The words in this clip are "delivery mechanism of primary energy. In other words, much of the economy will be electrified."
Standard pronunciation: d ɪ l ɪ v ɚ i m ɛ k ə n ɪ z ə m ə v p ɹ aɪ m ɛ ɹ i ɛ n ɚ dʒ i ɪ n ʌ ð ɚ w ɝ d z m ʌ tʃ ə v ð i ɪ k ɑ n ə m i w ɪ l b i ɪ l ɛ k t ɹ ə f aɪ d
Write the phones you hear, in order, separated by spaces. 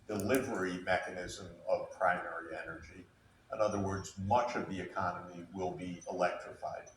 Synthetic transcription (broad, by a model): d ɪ l ɪ v ɚ i m ɛ k ə n ɪ z ə m ə v p ɹ aɪ m ɛ ɹ i ɛ n ɚ dʒ i ɪ n ʌ ð ɚ w ɝ d z m ʌ tʃ ə v ð i ɪ k ɑ n ə m i w ɪ l b i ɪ l ɛ k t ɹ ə f aɪ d